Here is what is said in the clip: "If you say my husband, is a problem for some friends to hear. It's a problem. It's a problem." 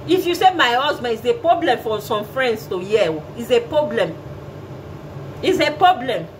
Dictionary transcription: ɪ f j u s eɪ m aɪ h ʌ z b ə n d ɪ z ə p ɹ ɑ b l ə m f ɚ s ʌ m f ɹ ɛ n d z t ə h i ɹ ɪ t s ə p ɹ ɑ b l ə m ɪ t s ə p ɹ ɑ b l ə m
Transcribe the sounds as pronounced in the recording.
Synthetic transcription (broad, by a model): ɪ f j u s eɪ m aɪ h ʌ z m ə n ɪ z ə p ɹ ɑ b l ə m f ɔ s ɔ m f ɹ ɛ n d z t ə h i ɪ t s ə p ɹ ɑ b l ə m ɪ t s ə p ɹ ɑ b l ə m